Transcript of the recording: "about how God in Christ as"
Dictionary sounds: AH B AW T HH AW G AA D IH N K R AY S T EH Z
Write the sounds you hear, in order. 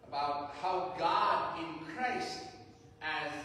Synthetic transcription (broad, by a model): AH B AW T HH AW G AA D IH N K R AY S T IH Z